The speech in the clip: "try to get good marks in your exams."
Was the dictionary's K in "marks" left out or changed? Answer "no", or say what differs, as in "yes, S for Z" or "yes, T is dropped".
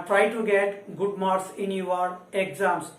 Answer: yes, K is dropped